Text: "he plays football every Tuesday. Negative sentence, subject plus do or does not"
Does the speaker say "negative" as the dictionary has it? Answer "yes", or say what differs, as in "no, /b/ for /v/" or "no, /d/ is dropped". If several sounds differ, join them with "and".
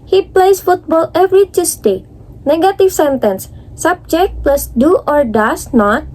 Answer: no, /f/ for /v/